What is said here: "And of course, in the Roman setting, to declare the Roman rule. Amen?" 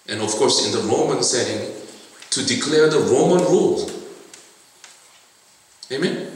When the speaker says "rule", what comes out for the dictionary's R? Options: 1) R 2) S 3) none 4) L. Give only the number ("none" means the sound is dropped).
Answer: 1